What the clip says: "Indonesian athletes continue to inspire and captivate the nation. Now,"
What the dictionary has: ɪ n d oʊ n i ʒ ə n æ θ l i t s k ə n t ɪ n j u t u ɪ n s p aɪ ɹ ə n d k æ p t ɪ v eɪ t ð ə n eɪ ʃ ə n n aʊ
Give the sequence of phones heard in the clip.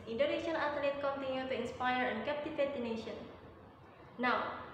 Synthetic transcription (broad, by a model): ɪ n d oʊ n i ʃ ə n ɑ t l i t k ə n t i n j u t u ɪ n s p aɪ ɹ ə n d k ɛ p t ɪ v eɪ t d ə n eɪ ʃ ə n n aʊ